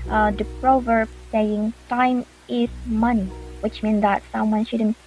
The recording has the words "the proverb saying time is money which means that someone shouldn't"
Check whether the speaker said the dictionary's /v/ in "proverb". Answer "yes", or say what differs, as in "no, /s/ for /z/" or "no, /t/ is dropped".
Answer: yes